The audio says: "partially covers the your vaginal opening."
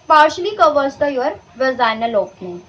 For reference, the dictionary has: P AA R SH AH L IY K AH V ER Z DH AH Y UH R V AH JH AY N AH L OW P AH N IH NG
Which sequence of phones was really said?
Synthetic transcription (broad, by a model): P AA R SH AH L IY K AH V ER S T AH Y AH R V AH Z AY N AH L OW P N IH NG